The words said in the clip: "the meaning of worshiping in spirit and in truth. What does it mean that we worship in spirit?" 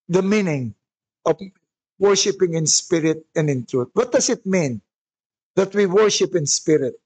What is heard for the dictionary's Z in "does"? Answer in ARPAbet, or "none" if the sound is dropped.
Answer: S